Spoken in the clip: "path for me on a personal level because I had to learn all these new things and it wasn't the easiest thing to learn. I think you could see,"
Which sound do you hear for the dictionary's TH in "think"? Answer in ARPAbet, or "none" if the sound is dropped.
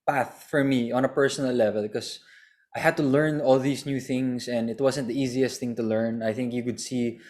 TH